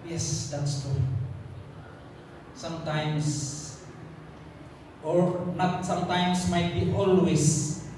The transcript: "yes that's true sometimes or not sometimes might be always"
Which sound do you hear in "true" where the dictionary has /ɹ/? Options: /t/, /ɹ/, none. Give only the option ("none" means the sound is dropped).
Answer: none